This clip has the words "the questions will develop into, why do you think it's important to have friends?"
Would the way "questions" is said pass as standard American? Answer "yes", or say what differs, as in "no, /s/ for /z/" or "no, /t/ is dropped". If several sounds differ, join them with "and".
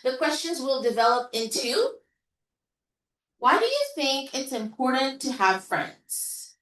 yes